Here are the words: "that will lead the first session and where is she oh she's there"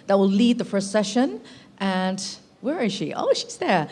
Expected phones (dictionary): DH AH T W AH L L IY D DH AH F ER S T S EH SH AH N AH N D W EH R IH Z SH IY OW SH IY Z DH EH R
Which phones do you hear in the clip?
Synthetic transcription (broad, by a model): DH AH T W AH L L IY D DH AH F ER S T S EH SH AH N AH N W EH R IH Z SH IY OW SH IY Z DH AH R